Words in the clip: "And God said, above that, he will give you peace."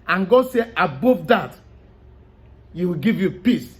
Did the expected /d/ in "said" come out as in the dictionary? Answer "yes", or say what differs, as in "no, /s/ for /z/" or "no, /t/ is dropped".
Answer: no, /d/ is dropped